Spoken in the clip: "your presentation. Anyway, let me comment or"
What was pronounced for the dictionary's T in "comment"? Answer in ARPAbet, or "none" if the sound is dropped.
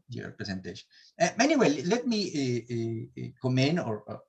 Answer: none